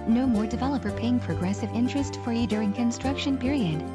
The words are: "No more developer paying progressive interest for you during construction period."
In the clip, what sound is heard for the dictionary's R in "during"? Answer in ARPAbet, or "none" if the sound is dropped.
R